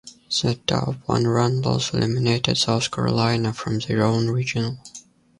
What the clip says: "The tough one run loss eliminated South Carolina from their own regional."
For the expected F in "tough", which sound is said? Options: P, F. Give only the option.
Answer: P